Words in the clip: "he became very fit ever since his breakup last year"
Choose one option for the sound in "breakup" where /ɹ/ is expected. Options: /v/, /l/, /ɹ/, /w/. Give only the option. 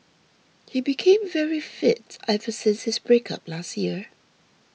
/ɹ/